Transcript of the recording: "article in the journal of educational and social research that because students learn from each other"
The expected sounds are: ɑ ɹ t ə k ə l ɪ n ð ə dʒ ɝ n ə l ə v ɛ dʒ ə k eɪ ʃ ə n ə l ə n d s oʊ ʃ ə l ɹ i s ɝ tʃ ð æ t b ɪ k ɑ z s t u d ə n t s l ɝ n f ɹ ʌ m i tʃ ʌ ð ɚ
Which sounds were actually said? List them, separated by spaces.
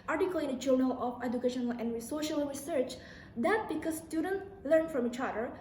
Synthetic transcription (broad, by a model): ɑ ɹ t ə k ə l ɪ n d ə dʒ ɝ n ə l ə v ɛ dʒ ə k eɪ ʃ ə n ə l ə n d s oʊ ʃ ə l ɹ i s ɝ tʃ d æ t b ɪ k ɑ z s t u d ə n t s l ɝ n f ɹ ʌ m i tʃ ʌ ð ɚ